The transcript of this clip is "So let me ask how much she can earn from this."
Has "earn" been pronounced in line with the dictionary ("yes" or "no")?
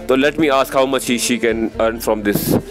yes